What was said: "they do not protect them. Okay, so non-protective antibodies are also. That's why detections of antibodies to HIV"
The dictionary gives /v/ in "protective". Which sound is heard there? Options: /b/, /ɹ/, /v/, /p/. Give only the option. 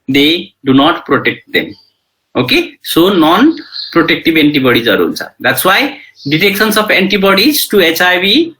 /b/